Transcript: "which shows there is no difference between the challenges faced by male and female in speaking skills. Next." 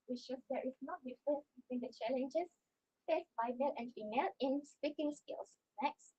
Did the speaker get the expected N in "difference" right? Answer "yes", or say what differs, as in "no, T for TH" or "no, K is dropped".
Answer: no, N is dropped